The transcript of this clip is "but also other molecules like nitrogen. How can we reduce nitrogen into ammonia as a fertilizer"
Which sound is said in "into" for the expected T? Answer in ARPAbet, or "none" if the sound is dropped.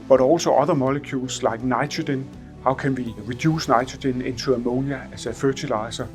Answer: S